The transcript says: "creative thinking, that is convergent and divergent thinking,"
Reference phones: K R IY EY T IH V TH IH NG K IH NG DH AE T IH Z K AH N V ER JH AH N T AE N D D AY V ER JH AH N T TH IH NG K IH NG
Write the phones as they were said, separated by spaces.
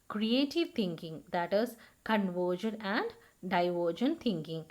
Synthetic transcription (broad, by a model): K R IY EY T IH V T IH NG K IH NG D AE T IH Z K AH N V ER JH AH N AE N D D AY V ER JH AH N T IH NG K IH NG